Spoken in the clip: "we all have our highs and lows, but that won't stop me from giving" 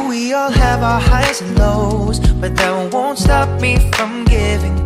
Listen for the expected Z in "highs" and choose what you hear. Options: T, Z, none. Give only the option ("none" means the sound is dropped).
none